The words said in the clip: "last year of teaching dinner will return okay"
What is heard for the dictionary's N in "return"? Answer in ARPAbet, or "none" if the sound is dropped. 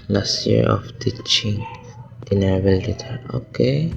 none